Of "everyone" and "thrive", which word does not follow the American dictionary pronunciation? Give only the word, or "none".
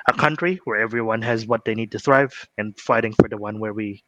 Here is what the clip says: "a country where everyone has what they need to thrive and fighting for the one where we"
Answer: none